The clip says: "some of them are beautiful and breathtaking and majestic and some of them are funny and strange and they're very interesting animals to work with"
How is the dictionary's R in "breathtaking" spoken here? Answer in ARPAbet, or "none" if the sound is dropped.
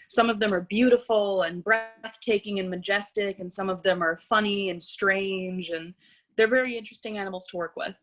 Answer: R